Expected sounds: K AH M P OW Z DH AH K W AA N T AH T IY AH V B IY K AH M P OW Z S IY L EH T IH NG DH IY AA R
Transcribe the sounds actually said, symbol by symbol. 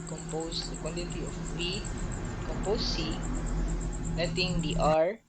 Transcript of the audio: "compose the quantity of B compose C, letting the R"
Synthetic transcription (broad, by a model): K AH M P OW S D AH K W AA N T AH T IY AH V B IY K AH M P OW S IY N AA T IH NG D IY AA R